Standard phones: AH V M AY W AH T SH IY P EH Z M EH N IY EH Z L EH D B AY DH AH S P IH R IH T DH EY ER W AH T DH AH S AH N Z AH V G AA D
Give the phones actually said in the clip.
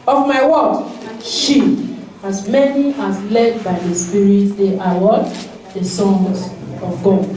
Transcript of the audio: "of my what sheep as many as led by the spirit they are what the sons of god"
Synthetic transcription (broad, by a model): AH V M AY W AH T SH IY AA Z M EH N IY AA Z L EH D B AY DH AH S P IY R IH T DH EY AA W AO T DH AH S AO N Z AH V G AA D